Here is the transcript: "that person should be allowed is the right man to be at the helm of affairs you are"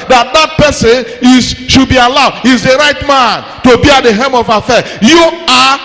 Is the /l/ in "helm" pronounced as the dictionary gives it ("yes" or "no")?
no